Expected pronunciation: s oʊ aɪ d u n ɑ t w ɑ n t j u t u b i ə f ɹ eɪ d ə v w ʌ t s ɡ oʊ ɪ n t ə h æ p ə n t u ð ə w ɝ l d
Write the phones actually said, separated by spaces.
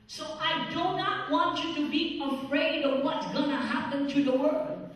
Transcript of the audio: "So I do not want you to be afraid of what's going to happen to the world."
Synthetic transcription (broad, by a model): s oʊ aɪ d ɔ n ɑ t w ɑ n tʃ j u t u b i ə f ɹ eɪ d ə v w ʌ t s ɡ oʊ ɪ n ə h æ p ə n t u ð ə w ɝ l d